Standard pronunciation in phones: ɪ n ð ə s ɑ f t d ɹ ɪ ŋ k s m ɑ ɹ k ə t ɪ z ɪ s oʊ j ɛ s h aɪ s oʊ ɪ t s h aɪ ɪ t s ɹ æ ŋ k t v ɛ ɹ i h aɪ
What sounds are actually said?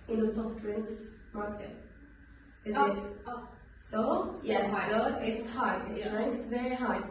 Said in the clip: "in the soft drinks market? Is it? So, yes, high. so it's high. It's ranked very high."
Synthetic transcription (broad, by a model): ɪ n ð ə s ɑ p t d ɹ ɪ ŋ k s m ɑ ɹ k ə t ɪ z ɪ s oʊ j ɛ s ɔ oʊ ɪ t s h aɪ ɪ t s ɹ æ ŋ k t v ɛ ɹ i h aɪ